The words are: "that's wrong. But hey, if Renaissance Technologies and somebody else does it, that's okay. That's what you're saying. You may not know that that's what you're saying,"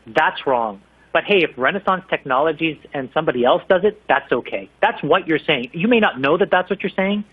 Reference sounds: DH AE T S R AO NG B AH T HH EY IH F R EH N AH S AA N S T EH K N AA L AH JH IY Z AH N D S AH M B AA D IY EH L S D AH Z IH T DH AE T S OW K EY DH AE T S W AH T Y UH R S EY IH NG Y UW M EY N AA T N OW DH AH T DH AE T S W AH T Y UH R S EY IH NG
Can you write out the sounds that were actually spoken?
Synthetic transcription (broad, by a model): DH AE T S R AO NG B AH T HH EY IH F R EH N AH S AA N S T EH K N AA L AH JH IY Z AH N S AH M B AA D IY EH L S D AH Z IH T DH AE T S OW K EY DH AE T S W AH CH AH R S EY IH NG Y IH M EY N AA T N OW DH AH T DH AE T S W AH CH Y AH R S EY IH NG